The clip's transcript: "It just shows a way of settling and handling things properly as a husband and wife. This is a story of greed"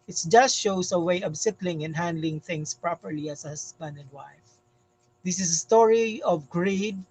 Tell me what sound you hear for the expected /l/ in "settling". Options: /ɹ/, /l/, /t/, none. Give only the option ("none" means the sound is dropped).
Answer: /l/